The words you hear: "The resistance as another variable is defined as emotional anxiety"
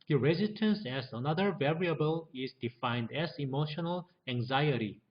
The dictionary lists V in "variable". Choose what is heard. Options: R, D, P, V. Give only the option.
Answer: V